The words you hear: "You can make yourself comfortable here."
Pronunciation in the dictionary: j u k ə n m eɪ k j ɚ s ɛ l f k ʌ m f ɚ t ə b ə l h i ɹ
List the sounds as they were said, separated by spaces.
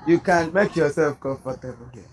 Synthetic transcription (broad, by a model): j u k ə n m eɪ k j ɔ s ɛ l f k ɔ f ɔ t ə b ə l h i